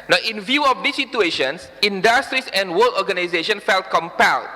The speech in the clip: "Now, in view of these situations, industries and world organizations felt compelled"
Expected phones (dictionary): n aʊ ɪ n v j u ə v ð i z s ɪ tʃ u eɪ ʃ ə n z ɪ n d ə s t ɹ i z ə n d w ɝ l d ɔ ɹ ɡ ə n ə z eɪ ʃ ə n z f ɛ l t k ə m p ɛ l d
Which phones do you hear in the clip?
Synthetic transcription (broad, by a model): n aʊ ɪ n v j u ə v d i s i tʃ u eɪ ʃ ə n s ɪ n d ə s t ɹ i s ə n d w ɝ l ɔ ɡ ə n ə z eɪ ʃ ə n f ɛ l t k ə m p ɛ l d